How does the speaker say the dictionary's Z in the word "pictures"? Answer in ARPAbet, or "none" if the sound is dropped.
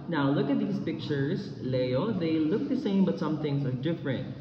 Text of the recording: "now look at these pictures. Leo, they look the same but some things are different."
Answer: S